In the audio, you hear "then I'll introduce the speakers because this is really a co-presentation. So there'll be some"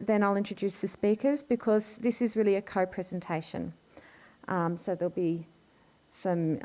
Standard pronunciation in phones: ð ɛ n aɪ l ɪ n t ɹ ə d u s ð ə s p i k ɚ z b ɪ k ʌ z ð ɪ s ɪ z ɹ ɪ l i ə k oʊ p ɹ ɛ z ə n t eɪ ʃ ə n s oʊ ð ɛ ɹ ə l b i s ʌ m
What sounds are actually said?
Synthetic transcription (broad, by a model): ð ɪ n aɪ l ɪ n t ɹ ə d u s ð ə s p i k ɚ z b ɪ k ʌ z ð ɪ s ɪ z ɹ ɪ l i ə k oʊ p ɹ ɛ z ə n t eɪ ʃ ə n s oʊ ð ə l b i s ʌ m